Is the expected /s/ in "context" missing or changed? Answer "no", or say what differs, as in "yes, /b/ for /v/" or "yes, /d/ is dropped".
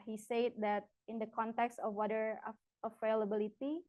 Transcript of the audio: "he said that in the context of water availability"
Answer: no